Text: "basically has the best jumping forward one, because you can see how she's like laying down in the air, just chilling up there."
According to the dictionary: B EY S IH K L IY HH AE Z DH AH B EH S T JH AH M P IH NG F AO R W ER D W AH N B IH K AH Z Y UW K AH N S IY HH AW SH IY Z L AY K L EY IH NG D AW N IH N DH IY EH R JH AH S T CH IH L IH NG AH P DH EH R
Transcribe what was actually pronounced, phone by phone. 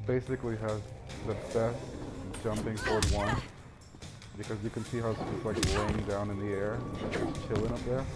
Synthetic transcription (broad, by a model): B EY S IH K L IY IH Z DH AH B EH S T JH AH M P IH NG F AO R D W AH N B IH K AH Z Y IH K AH N S IY HH AW S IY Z L AY K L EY IH NG D AW N IH N DH IY EH R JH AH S CH IH L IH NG AH P DH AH R